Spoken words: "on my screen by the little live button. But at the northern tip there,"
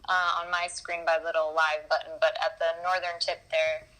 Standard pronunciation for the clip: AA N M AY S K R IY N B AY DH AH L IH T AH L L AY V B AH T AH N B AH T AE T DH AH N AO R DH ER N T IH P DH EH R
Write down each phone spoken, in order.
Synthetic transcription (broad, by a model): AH N M AY S K R IY N B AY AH L IH T L L AY V B AH T N B AH T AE T DH AH N AO R DH ER N T IH P DH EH R